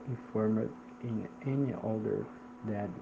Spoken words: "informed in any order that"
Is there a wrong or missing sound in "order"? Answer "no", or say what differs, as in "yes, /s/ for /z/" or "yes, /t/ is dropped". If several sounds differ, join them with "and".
yes, /l/ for /ɹ/